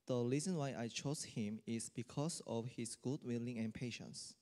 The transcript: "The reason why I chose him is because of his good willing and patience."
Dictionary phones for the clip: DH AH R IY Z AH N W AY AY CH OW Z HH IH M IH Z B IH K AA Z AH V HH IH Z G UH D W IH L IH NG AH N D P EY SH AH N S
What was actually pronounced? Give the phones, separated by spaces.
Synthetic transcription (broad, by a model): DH AH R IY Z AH N W AY AY CH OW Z HH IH M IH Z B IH K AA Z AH F HH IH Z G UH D W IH L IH NG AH N P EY SH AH N S